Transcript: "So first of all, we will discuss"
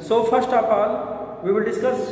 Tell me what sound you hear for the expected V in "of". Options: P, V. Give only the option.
P